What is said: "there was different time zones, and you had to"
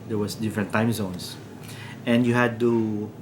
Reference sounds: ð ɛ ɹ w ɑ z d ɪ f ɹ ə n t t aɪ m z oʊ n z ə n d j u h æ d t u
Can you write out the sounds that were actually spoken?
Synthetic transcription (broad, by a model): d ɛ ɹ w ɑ s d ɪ f ɹ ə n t t aɪ m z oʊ n s ə n d j u h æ d t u